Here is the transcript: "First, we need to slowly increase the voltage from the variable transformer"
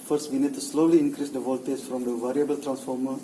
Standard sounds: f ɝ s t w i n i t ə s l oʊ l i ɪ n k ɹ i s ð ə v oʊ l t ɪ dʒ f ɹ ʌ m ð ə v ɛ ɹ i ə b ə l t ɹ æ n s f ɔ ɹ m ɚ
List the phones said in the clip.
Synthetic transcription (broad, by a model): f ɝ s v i n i t ə s l oʊ l i ɪ n k ɹ i s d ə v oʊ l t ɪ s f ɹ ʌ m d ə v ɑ ɹ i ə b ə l t ɹ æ n s f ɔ ɹ m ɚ